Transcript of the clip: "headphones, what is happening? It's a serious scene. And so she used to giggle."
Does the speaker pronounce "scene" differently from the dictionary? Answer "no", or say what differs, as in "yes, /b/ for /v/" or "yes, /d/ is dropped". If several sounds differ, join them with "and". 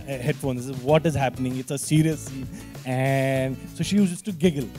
yes, /n/ is dropped